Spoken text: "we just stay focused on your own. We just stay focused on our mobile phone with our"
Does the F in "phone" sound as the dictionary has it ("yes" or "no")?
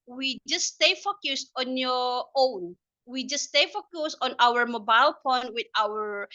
no